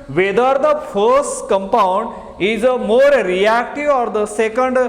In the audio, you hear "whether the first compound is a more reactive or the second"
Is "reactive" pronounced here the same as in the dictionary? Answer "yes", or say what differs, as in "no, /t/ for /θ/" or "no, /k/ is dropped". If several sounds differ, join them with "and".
yes